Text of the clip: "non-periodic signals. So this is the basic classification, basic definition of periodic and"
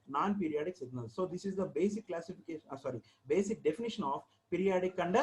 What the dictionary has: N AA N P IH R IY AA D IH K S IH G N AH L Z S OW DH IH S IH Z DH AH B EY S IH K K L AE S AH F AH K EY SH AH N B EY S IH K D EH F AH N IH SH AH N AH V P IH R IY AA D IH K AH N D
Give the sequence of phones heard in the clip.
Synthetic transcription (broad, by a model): N AA N P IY R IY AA D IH K S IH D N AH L S OW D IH S IH Z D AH B EY S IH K K L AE S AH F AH K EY S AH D B EY S IH K D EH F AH N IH SH AH N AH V P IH R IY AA D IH K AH N D